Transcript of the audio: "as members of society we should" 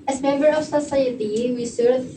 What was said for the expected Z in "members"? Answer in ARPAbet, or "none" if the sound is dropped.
none